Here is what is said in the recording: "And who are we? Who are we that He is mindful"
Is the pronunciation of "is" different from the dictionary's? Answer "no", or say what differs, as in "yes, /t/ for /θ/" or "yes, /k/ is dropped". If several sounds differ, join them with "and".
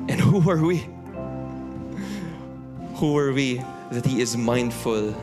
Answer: no